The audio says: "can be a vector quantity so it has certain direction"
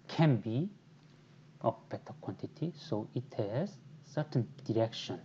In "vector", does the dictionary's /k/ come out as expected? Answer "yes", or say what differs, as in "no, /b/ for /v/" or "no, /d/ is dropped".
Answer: no, /k/ is dropped